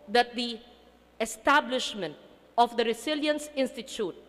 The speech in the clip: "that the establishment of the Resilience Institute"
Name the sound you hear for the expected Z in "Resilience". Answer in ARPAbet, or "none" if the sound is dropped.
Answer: S